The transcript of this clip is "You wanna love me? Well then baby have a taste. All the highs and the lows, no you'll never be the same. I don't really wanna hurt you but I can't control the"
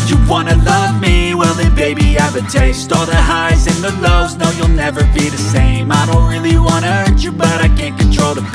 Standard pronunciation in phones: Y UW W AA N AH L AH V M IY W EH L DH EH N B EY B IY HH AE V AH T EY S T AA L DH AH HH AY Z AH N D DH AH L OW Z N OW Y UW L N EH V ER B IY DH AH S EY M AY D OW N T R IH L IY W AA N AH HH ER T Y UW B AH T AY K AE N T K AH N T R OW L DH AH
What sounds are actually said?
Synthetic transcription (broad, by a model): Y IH W AA N AH L AH V M IY W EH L DH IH B EY B IY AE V AH T EY S T AA L DH AH HH AY Z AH N DH AH L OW Z N OW Y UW L N EH V ER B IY DH AH S EY M AY D OW N T R IH L IY W AA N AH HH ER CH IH B AH T AY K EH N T K N T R OW L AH